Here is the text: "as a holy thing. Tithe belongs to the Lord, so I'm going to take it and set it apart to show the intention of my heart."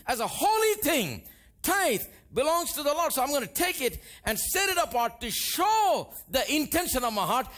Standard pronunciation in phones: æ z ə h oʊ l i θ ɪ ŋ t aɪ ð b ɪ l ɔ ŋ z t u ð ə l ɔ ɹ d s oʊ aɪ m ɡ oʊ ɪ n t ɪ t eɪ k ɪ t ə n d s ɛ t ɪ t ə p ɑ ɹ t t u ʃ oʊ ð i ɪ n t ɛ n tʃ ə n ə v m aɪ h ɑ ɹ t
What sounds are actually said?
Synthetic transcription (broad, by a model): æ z ə h oʊ l i t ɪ ŋ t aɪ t b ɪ l ɔ ŋ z t u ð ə l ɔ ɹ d s oʊ aɪ m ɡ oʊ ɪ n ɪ t eɪ k ɪ t ə n d s ɛ t ɪ t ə p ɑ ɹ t t u ʃ oʊ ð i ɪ n t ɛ n ʃ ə n ə v m aɪ h ɑ ɹ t